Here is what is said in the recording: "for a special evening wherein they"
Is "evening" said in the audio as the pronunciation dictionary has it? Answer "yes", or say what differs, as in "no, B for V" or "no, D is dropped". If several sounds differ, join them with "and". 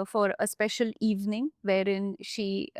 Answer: yes